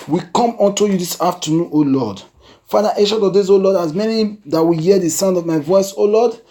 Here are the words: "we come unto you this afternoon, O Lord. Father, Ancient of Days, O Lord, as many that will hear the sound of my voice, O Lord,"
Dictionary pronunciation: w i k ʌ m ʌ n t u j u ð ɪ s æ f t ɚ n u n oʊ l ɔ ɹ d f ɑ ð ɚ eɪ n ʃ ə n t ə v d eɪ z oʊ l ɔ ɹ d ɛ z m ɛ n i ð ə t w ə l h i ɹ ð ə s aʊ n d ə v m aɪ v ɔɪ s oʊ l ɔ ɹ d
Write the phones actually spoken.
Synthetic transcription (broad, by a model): w i k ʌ m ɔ n t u j u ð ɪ s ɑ f t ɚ n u n oʊ l ɔ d f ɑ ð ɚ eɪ ʃ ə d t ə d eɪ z oʊ l ɔ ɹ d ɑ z m ɛ n i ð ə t w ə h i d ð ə s aʊ n d ə v m aɪ v ɔɪ s oʊ l ɔ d